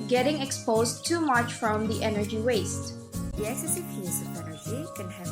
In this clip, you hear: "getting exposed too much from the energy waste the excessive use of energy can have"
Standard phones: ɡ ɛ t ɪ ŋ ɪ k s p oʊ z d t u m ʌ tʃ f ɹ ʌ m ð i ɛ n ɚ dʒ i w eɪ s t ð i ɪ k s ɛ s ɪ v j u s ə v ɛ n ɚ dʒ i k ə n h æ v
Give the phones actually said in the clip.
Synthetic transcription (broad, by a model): ɡ ɛ t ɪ ŋ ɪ k s p oʊ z t u m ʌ tʃ f ɹ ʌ m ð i ɛ n ɚ dʒ i w eɪ s t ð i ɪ s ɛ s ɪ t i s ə p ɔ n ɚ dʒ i k ə n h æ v